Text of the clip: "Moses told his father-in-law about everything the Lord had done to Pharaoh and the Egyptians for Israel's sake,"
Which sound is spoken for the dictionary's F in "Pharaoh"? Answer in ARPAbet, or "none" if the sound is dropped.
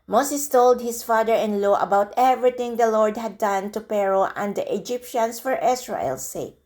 P